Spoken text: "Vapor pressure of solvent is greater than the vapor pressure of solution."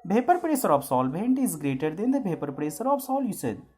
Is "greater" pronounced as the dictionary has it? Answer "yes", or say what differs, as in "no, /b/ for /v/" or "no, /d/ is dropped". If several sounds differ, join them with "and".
yes